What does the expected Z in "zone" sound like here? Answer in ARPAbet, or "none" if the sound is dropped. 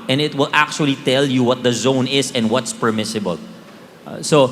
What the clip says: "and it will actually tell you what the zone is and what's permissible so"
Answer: Z